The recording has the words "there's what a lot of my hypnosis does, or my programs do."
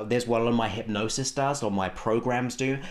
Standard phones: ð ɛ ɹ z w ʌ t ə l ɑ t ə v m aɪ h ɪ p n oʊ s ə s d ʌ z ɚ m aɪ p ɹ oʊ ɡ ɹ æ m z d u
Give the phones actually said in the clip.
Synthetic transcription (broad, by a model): ð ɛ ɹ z w ə l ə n m aɪ h ɪ p n oʊ s ə s d ʌ z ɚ m aɪ p ɹ oʊ ɡ ɹ æ m z d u